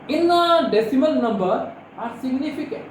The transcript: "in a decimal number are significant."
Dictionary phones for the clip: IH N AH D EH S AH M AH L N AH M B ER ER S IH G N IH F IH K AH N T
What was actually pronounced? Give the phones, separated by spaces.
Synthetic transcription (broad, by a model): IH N AH D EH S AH M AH N N AH M B ER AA S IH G N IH F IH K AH